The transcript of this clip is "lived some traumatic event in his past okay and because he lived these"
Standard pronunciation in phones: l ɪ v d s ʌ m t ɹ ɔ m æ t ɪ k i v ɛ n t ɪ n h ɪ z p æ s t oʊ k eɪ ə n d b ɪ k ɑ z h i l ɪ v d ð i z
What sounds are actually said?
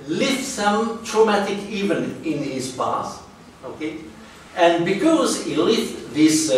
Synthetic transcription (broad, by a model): l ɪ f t s ʌ m t ɹ ɔ m æ t ɪ k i v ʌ n ɪ n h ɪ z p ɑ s oʊ k eɪ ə n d b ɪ k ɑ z h i l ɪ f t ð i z